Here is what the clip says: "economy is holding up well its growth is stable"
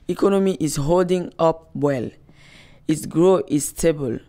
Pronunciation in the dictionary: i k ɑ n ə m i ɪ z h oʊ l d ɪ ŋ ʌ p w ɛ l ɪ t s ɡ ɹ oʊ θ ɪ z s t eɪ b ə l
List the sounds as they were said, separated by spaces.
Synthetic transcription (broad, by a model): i k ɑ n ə m i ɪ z h oʊ l d ɪ ŋ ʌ p w ɛ l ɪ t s ɡ ɹ oʊ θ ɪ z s t eɪ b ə l